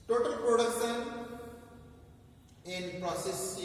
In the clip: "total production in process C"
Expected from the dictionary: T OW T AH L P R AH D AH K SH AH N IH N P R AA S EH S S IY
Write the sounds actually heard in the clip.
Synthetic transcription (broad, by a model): T OW T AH L P R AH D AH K S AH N IH N P R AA S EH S S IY